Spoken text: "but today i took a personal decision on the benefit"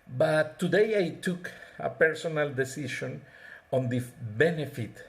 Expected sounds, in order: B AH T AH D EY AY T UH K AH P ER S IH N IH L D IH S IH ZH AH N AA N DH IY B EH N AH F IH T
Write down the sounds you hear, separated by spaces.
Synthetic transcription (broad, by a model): B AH T AH D EY AY T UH K AH P ER S IH N IH L D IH S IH SH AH N AA N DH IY B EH N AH F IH T